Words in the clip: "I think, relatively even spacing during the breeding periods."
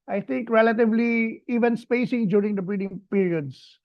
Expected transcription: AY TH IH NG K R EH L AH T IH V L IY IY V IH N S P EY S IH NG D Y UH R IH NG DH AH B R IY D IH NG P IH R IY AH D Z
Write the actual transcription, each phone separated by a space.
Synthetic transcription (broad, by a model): AY T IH NG K R EH L AH T IH V L IY IY V IH N S P EY S IH NG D Y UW R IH NG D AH B R IY D IH NG P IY R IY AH D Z